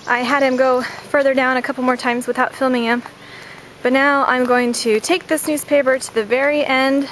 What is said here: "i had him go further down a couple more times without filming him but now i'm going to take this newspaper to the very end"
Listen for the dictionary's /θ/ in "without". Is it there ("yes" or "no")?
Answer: yes